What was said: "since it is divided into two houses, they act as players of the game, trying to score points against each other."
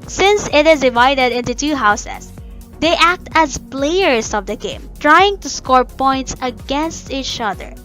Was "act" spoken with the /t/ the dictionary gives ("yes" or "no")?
yes